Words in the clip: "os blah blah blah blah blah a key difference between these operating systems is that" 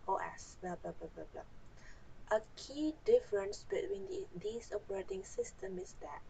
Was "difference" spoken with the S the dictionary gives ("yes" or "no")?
yes